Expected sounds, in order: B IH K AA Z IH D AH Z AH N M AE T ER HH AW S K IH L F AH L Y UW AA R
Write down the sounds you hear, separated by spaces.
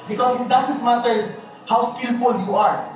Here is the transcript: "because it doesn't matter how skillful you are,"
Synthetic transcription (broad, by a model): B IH K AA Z IH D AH S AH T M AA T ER HH AW S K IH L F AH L Y UW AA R